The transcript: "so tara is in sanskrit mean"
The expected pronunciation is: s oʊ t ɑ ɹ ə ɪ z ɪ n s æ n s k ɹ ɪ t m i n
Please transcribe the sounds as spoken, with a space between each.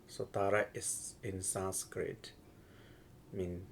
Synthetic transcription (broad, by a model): s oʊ t ɑ ɹ ə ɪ s ɪ n s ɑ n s k ɹ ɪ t m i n